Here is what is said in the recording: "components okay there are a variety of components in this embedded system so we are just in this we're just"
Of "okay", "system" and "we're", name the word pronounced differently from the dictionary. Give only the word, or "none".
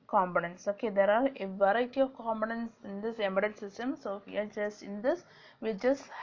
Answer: we're